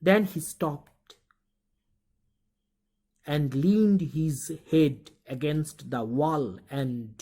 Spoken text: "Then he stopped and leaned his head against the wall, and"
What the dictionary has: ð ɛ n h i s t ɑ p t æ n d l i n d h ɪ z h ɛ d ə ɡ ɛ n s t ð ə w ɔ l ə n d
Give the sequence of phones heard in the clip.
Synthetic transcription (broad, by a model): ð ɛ n h i s t ɑ p t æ n d l i n d h ɪ z h ɛ d ə ɡ ɛ n s t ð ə w ɔ l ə n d